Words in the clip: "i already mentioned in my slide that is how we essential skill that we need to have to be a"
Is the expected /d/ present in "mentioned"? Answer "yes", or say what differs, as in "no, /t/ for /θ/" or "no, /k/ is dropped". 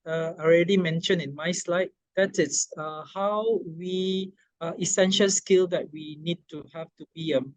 no, /d/ is dropped